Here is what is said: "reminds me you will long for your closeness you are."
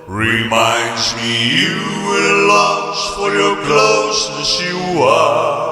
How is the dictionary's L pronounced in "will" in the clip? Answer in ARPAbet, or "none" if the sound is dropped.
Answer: N